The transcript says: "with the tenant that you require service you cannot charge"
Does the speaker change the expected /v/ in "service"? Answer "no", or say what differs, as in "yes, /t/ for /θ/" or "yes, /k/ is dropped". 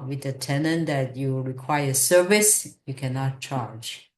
no